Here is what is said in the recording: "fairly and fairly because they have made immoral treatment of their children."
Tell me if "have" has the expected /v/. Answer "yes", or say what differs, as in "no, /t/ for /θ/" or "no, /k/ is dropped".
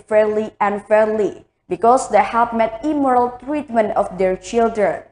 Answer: no, /p/ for /v/